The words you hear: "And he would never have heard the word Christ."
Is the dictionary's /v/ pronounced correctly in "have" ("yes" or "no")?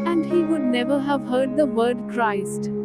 yes